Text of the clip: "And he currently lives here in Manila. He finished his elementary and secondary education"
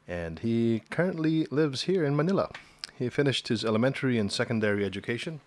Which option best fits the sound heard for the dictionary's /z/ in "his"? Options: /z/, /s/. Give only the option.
/z/